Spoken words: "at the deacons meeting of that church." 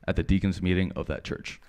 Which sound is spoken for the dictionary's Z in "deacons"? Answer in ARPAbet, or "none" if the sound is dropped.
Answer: Z